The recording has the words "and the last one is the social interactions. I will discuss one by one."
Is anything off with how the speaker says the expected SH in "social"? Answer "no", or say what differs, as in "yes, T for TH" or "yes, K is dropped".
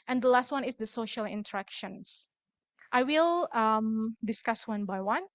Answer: no